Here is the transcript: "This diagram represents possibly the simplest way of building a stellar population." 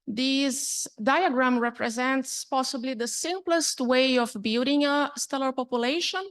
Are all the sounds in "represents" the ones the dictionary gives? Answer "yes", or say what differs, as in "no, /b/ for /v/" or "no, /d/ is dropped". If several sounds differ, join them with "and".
yes